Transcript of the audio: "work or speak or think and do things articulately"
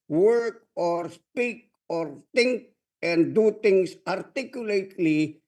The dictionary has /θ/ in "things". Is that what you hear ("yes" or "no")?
no